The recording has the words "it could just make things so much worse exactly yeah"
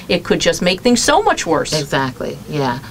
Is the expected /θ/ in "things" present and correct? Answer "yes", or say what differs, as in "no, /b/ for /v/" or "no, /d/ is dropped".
yes